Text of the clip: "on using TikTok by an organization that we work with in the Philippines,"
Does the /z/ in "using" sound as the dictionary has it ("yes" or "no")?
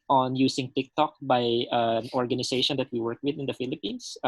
no